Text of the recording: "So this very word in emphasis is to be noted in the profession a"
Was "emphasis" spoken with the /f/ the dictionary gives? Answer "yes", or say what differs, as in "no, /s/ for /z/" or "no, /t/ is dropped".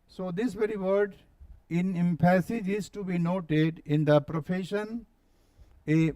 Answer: no, /p/ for /f/